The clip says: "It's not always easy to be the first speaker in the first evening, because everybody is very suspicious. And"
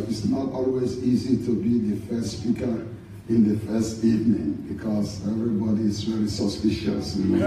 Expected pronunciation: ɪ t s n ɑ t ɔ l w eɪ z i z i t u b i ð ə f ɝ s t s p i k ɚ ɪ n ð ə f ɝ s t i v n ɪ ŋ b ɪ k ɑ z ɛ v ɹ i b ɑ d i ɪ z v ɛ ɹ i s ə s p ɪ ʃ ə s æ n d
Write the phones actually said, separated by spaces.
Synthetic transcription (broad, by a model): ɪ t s n ɑ t ɔ l w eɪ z i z i t u b i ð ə f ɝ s s p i k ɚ ɪ n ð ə f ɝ s t i v n ɪ ŋ b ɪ k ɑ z ɛ v ɹ i b ɑ d i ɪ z v ɛ ɹ i s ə s p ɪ ʃ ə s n